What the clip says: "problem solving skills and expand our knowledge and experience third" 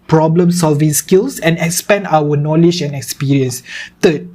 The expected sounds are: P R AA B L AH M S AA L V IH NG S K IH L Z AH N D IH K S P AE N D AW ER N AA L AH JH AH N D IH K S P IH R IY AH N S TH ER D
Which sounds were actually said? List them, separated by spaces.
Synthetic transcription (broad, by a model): P R AA B L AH M S AA L V IH NG S K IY L S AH N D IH K S P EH N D AW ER N AA L AH JH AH N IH K S P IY R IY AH N S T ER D